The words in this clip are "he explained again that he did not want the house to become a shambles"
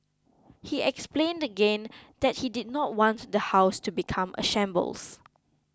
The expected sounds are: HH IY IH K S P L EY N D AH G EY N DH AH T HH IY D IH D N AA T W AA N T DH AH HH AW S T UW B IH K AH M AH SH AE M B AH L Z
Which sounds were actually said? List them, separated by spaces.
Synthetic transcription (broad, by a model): HH IY IH K S P L EY N D AH G EY N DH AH T HH IY D IH D N AA T W AA N T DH AH HH AW S T UW B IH K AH M AH SH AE M B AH L S